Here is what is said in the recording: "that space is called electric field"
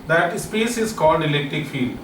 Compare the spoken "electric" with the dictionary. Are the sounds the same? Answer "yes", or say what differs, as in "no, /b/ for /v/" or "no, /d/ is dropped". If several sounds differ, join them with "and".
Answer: yes